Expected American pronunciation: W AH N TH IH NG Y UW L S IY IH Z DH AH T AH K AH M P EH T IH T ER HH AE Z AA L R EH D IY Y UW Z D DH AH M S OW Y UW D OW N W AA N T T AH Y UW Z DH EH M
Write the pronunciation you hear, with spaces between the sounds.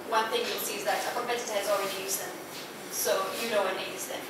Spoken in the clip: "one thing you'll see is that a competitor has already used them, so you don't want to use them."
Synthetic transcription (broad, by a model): W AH N TH IH NG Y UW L S IY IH Z DH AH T AH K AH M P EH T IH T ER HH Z AA L R EH D IY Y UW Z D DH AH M S OW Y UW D OW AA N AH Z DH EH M